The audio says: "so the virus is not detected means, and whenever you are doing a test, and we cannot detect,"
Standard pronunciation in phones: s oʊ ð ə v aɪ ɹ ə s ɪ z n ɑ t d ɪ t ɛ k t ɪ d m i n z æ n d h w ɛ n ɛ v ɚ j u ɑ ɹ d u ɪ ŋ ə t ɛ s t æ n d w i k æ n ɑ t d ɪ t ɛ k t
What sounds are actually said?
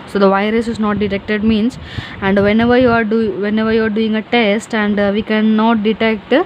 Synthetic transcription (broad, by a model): s oʊ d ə v aɪ ɹ ə s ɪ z n ɑ t d ɪ t ɛ k t ɪ d m i n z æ n d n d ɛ n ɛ v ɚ j u ɑ ɹ d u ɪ ŋ ə t ɛ s t æ n d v i k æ n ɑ t d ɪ t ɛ k t